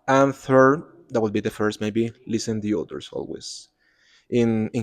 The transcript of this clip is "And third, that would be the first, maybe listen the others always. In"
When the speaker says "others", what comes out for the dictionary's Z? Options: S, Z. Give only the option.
S